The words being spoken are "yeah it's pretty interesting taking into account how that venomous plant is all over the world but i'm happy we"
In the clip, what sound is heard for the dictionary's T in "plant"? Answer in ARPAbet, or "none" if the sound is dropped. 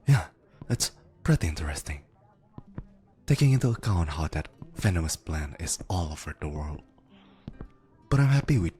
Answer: none